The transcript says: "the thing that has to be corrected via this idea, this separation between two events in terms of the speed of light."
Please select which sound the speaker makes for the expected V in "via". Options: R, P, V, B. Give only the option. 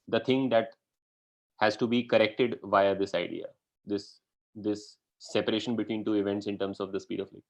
V